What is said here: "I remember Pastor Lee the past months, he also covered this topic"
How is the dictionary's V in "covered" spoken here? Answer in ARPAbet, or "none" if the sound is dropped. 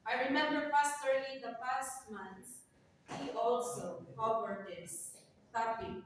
W